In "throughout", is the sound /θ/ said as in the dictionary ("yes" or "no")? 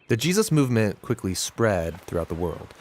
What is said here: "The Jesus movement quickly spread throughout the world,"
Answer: yes